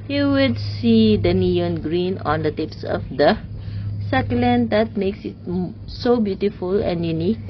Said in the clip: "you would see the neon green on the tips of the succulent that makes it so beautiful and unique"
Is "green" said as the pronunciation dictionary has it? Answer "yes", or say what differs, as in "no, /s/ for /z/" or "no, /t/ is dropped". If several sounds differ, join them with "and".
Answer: yes